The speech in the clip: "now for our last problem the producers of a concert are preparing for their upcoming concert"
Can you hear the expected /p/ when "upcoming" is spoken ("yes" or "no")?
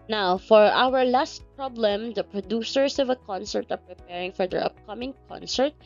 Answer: yes